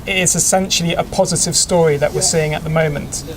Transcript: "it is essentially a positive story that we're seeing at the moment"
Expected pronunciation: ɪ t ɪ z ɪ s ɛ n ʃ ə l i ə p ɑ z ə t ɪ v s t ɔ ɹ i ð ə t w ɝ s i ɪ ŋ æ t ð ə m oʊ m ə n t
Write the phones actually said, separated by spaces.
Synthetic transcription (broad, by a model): ɪ t ɪ z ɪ s ɛ n ʃ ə l i ə p ɑ z ə t ɪ v s t ɔ ɹ i ð ə t w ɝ s i ɪ ŋ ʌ t ð ə m oʊ m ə n t